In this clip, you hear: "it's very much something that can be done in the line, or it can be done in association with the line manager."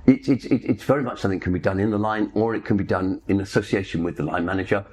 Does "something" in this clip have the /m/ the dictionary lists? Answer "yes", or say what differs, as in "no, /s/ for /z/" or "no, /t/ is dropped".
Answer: no, /m/ is dropped